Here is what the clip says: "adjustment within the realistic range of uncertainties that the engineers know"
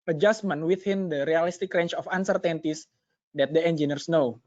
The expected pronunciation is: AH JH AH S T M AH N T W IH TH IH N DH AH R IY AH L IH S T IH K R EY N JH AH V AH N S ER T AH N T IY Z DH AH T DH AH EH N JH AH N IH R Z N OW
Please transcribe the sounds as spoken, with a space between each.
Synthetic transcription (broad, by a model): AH JH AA S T M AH N W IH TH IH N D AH R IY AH L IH S T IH K R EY N CH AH F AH N S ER T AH N T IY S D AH T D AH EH N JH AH N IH R S N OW